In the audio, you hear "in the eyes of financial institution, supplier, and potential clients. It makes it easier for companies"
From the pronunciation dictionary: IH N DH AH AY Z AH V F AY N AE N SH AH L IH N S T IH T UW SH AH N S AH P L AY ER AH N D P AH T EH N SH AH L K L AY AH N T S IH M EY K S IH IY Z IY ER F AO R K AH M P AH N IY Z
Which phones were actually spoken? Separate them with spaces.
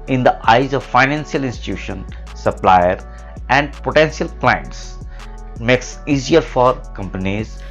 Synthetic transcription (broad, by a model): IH N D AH AY Z AH V F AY N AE N S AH L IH N S T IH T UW SH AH N S AH P L AY ER AH N D P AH T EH N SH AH L K L AY AH N T S M EY K S IY Z IY ER F AO R K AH M P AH N IY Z